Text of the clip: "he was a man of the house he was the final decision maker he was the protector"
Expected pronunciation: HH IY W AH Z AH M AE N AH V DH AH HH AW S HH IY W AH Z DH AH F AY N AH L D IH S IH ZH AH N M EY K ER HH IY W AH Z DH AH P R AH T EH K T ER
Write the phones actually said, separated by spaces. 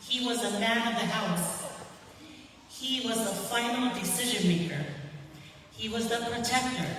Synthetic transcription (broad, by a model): HH IY W AH Z AH M AE N AH V DH AH HH AW S HH IY W AH Z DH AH F AY N L D IH S IH ZH AH N M EY K ER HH IY W AH Z DH AH P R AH T EH K T ER